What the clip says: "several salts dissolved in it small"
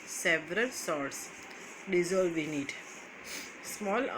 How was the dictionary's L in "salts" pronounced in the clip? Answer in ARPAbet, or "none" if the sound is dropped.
none